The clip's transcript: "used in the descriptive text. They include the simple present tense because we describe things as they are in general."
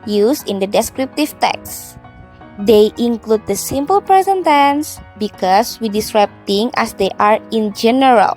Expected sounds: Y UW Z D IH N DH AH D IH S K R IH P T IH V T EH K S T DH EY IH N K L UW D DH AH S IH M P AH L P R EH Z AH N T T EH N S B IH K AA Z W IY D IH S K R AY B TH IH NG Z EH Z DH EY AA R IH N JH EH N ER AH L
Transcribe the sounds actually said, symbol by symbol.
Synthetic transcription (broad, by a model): Y UW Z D IH N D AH D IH S K R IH P T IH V T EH K S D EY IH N K L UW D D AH S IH M P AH L P R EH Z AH N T T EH N S B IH K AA S W IY D IH S K R AY B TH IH NG EH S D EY AA R IH N JH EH N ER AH L